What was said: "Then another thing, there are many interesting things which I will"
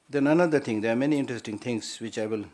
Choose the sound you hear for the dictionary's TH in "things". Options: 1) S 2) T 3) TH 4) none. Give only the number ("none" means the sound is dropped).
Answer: 2